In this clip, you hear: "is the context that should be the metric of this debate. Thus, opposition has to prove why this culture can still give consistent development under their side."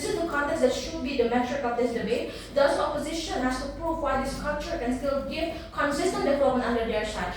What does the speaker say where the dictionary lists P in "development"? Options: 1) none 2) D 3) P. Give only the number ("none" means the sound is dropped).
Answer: 1